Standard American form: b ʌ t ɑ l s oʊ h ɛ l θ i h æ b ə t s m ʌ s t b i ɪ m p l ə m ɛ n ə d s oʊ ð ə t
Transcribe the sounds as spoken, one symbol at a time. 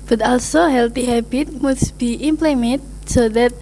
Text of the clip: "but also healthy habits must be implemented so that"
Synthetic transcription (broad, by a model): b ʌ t ɑ l s oʊ h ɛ l t i h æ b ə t m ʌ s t b i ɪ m p l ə m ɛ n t s oʊ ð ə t